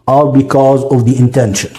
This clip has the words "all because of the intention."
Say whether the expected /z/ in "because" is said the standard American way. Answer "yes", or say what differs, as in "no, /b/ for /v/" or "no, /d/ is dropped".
yes